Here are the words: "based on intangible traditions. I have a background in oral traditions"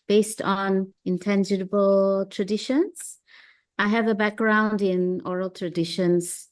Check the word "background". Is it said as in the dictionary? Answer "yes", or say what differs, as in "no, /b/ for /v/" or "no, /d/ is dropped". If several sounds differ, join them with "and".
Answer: yes